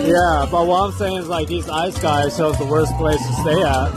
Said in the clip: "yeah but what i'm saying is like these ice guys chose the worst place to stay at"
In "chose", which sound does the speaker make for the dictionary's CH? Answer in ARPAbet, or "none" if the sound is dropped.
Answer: SH